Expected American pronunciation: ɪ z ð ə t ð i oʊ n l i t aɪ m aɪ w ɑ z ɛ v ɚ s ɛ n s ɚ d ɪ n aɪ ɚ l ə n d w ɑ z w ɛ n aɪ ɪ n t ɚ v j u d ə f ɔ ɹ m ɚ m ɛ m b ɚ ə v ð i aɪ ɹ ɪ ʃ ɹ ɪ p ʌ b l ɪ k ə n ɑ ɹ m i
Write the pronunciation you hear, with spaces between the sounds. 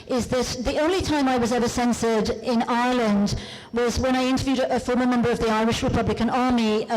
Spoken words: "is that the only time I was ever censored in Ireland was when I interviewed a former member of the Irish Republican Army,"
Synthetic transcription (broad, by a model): ɪ z ð ə t ð i oʊ n l i t aɪ m aɪ w ɑ z ɛ v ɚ s ɛ n s ɚ d ɪ n aɪ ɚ l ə n d w ɑ z w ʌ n aɪ ɪ n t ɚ v j u d ə f ɔ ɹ m ɚ m ɛ m b ɚ ə v ð i aɪ ɹ ɪ ʃ ɹ ɪ p ʌ b l ɪ k ə n ɑ ɹ m i